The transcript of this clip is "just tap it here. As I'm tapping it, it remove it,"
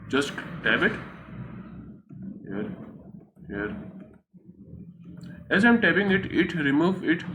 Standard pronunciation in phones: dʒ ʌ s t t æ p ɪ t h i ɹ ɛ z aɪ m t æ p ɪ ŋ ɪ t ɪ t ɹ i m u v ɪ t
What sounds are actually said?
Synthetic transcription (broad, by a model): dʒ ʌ s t t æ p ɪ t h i ɹ ɛ z aɪ m t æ b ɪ ŋ ɪ t ɪ t ɹ i m u v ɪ t